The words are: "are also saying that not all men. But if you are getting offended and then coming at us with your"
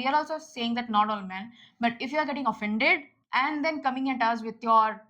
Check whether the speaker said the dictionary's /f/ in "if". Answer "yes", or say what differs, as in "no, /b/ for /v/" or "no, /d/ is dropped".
yes